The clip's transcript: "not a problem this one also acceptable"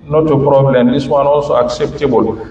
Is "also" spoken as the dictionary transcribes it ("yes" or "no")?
yes